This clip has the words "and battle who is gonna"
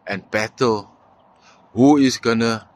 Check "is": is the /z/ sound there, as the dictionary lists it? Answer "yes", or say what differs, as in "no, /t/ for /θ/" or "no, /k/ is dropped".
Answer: no, /s/ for /z/